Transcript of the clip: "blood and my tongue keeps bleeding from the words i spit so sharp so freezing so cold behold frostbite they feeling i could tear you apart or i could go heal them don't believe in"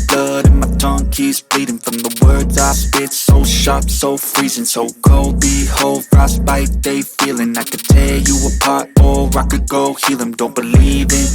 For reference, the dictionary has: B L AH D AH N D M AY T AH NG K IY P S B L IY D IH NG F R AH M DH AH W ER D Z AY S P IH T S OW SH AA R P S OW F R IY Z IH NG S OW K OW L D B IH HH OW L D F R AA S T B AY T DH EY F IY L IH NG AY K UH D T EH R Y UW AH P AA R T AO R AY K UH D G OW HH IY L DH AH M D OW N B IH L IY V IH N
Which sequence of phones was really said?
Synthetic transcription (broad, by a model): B L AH D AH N M AY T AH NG K IY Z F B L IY D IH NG F R AH M DH AH W ER D Z AY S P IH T S OW SH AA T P S OW F R IY Z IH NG S OW K OW L D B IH HH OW L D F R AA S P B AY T DH EY F IY L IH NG AY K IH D T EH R Y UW AH P AA R T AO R AY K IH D G OW HH IY L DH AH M D OW N B IH L IY V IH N